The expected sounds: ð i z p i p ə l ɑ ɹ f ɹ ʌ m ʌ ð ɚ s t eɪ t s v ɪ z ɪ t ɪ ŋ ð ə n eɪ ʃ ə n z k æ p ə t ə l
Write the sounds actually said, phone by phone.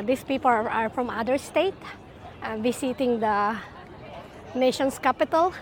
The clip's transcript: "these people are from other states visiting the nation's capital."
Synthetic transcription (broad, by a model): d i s p i p ə l ɑ ɹ f ɹ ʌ m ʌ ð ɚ s t eɪ t v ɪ s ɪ t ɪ ŋ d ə n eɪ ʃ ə n s k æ p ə t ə l